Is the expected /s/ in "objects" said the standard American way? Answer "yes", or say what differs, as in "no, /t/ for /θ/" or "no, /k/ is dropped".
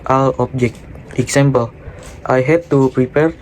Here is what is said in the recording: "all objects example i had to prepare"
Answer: no, /s/ is dropped